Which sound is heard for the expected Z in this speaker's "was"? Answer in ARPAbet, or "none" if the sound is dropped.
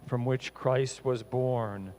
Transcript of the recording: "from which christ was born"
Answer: Z